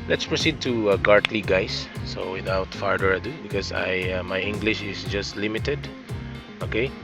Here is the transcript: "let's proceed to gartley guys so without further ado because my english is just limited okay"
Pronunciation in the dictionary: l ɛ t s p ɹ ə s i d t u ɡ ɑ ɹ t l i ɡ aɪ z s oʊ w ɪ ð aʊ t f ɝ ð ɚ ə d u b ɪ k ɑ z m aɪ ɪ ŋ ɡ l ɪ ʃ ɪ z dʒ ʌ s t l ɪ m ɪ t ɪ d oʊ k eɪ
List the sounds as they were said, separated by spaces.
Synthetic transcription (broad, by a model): l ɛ t s p ɹ ə s i d t u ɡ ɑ ɹ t l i ɡ aɪ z s oʊ w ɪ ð aʊ t f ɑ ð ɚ ə d u b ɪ k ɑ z m aɪ ɪ ŋ ɡ l ɪ ʃ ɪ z dʒ ʌ s t l ɪ m ɪ t ɪ d oʊ k eɪ